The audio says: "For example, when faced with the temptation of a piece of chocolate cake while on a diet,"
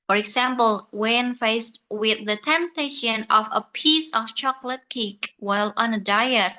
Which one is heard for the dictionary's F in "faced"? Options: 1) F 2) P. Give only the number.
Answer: 1